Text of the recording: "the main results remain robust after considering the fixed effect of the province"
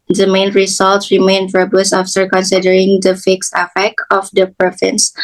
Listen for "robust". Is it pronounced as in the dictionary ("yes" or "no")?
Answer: no